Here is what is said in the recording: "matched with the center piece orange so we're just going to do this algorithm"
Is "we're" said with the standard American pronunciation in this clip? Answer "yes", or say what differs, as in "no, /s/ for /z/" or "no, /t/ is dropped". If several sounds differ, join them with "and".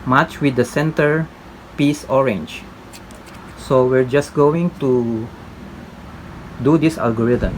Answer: yes